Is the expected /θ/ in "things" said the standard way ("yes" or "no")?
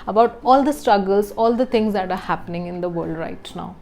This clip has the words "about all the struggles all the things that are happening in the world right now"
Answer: no